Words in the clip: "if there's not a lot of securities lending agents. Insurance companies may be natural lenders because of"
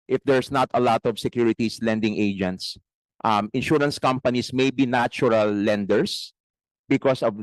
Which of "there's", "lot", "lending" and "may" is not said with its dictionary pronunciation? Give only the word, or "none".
there's